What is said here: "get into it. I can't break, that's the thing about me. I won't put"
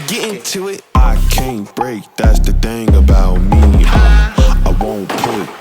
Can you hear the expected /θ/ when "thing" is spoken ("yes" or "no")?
yes